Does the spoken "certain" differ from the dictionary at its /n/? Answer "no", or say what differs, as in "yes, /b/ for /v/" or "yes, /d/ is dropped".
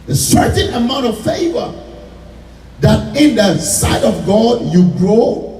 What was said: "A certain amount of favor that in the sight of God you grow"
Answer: no